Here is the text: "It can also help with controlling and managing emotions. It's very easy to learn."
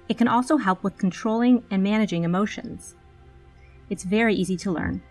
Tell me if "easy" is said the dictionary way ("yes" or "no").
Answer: yes